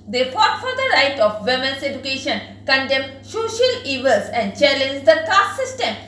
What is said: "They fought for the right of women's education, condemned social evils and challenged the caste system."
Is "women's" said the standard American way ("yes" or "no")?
no